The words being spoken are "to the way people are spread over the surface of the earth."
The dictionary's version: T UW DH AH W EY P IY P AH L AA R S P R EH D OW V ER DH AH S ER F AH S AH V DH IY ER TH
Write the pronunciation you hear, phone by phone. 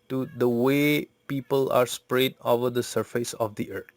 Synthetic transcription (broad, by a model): T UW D AH W EY P IY P AH L AA R S P R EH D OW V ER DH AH S ER F AH S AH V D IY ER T